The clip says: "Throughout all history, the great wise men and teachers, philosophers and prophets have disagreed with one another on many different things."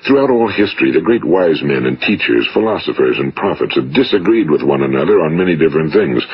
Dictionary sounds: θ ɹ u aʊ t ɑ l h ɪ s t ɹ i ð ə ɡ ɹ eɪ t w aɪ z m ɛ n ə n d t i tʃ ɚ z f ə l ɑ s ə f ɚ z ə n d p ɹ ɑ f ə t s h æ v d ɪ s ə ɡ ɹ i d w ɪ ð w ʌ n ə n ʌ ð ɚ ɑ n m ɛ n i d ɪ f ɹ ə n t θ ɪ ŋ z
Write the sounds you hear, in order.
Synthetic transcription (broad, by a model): θ ɹ u aʊ t ɑ l h ɪ s t ɹ i ð ə ɡ ɹ eɪ t w aɪ z m ɛ n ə n t i tʃ ɚ z f ə l ɑ s ə f ɚ z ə n p ɹ ɑ f ə t s h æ v d ɪ s ə ɡ ɹ i d w ɪ ð w ʌ n ə n ʌ ð ɚ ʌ n m ɛ n i d ɪ f ɹ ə n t θ ɪ ŋ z